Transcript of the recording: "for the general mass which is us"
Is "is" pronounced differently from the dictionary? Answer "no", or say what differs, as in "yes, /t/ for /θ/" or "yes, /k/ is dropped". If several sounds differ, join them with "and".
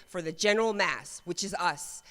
no